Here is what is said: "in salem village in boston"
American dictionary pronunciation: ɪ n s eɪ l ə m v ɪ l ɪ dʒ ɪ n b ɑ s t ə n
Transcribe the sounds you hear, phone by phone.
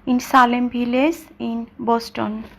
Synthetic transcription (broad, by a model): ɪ n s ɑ l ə m b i l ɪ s ɪ n b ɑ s t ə n